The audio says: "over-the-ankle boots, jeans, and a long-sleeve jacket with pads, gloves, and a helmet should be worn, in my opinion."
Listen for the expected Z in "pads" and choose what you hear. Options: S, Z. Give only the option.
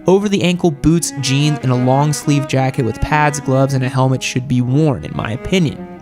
Z